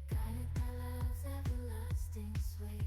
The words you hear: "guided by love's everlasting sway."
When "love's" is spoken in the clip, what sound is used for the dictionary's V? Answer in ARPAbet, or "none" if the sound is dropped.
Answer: none